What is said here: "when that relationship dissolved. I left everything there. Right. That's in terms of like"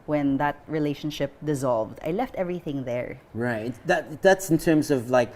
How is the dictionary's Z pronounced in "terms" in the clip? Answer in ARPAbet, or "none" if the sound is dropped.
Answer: Z